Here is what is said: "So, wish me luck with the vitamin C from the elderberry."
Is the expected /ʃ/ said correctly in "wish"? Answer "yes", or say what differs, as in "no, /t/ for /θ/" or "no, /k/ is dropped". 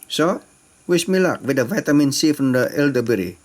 no, /s/ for /ʃ/